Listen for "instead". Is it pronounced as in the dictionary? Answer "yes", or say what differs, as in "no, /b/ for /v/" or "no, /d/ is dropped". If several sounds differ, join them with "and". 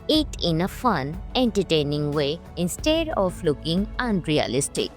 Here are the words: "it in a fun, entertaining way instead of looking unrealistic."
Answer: yes